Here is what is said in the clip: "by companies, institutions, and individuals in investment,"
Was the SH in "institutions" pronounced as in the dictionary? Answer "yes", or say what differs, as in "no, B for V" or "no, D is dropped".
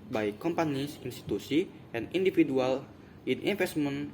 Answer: no, S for SH